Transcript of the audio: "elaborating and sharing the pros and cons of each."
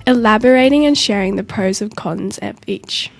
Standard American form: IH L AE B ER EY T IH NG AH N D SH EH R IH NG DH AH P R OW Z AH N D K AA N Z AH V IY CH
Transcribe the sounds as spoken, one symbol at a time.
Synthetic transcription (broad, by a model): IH L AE B ER EY T IH NG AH N SH EH R IH NG DH AH P R OW Z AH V K AA N Z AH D IY CH